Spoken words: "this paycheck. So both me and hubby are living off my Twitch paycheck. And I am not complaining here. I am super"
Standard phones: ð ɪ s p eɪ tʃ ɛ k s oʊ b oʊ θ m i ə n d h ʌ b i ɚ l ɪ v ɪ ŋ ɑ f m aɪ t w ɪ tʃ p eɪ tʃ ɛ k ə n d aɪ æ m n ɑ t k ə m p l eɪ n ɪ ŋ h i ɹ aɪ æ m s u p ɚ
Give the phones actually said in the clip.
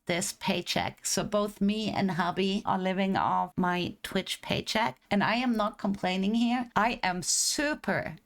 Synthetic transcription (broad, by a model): ð ɪ s p eɪ tʃ ɛ k s oʊ b oʊ θ m i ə n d h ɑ b i ɚ l ɪ v ɪ ŋ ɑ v m aɪ t w ɪ tʃ p eɪ tʃ ɛ k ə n aɪ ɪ m n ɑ t k ə m p l eɪ n ɪ ŋ h i ɹ aɪ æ m s u p ɚ